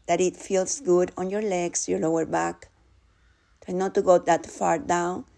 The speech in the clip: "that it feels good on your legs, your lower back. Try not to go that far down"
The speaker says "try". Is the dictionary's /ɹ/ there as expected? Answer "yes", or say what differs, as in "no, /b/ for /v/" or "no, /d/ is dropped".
no, /ɹ/ is dropped